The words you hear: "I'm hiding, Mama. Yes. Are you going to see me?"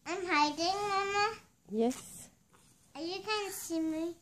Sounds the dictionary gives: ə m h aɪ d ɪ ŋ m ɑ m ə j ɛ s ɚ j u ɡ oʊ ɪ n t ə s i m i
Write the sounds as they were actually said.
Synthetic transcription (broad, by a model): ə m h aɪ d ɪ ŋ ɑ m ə j ɛ s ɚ j u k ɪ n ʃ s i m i